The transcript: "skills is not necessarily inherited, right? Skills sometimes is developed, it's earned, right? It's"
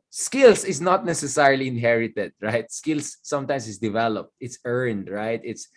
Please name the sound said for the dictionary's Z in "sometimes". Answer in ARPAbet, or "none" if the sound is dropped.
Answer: S